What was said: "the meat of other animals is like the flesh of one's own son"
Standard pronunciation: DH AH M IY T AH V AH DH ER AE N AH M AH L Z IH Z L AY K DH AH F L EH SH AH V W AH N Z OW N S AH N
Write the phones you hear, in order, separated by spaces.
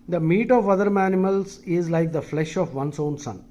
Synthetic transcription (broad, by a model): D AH M IY T AH V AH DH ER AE N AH M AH L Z IH Z L AY K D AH F L EH SH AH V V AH N S OW N S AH N